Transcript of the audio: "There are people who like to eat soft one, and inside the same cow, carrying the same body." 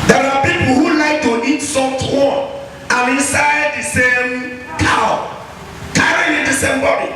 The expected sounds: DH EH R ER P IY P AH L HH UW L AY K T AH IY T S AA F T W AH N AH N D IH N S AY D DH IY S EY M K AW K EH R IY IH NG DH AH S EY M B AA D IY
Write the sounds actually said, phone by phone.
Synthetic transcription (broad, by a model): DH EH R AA P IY P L HH UW L AY K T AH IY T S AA T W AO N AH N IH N S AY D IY S EY M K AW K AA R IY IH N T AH S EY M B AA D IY